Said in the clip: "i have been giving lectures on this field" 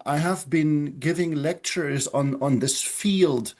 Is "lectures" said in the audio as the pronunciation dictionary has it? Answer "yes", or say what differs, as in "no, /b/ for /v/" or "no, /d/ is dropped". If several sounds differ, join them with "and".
yes